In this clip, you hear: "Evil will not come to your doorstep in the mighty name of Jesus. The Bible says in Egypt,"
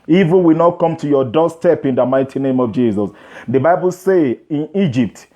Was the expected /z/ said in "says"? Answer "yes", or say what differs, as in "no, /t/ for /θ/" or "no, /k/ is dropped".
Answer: no, /z/ is dropped